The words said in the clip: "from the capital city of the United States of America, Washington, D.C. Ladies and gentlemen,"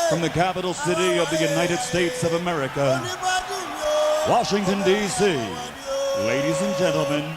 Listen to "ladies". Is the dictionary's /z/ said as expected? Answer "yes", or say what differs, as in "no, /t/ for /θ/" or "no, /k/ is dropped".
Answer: yes